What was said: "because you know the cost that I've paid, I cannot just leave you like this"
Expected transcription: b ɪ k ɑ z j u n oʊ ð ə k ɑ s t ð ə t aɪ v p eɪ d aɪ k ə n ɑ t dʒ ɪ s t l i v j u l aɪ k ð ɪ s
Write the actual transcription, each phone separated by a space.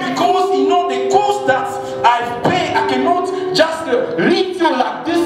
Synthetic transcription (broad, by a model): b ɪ k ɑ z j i n oʊ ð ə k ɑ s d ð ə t aɪ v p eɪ aɪ k ə n ɑ t dʒ ɪ s t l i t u l aɪ k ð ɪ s